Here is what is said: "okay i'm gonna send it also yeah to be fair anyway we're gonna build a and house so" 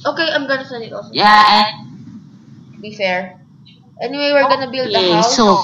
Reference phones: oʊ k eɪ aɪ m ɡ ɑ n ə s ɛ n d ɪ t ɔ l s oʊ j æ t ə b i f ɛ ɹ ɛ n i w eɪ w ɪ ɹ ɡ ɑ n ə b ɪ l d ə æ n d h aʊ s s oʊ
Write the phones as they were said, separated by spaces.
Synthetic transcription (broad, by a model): oʊ k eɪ aɪ m ɡ ɑ n ə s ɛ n ɪ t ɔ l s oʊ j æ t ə b i f ɛ ɹ ɛ n i w eɪ w ɪ ɹ ɡ ɑ n ə b ɪ l d ə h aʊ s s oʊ